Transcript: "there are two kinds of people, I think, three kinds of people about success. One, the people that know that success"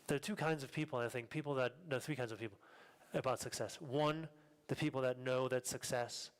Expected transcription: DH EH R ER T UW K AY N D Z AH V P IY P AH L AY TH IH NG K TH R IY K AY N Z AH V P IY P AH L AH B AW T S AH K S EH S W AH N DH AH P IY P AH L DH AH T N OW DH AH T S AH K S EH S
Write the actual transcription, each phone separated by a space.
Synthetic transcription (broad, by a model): DH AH R T UW K AY N D Z AH V P IY P L AY TH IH NG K TH R IY K AY N Z AH V P IY P L AH B AW T S AH K S EH S W AH N DH AH P IY P L DH AH T N OW DH AH T S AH K S EH S